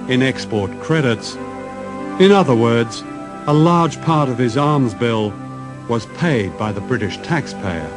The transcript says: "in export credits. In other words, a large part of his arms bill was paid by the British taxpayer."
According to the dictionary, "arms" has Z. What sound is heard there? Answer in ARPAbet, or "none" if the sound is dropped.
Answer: Z